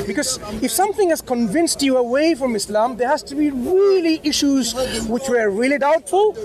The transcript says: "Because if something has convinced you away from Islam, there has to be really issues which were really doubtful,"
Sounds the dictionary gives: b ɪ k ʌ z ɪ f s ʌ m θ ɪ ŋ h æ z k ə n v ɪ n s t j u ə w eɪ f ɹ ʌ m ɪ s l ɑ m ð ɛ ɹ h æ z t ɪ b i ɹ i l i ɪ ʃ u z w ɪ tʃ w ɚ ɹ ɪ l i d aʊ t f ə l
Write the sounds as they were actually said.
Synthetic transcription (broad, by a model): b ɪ k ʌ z ɪ f s ʌ m θ ɪ ŋ h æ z k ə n v ɪ n s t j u ə w eɪ f ɹ ʌ m ɪ s l ɑ m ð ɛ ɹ h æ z t ɪ b i ɹ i l i ɪ ʃ u z w ɪ tʃ w ɚ ɹ ɪ l i d aʊ t f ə l